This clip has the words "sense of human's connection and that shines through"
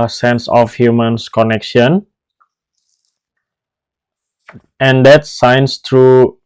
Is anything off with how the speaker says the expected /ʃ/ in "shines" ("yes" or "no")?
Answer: yes